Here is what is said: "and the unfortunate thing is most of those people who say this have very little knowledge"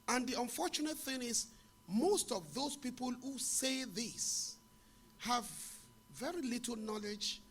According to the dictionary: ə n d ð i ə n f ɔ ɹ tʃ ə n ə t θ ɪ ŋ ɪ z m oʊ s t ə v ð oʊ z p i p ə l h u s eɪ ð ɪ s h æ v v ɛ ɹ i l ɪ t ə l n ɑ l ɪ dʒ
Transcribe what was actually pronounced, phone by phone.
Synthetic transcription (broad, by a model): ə n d ð i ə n f ɔ ɹ tʃ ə n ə t θ ɪ ŋ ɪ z m oʊ s t ə v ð oʊ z p i p ə l h u s eɪ ð ɪ s h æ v v ɛ ɹ i l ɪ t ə l n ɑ l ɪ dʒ